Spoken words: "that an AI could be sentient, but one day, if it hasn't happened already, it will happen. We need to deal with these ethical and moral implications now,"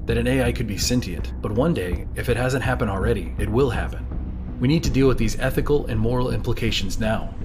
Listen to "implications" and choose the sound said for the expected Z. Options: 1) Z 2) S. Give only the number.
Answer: 1